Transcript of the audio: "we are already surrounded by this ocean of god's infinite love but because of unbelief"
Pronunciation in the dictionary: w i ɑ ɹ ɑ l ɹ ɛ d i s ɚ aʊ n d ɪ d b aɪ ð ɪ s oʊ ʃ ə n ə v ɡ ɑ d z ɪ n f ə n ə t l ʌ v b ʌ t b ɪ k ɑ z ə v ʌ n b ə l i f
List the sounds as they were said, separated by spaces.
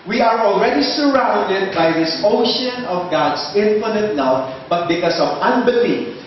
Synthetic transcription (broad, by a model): w i ɑ ɹ ɑ l ɹ ɛ d i s ɚ aʊ n d ɪ d b aɪ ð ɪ s oʊ ʃ ə n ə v ɡ ɑ d s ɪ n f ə n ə t n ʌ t b ʌ t b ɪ k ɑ s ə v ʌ n b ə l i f